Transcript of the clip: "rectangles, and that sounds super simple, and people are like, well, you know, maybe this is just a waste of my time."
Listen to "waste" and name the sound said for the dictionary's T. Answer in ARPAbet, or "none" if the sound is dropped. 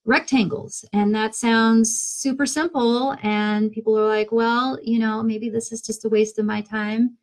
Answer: T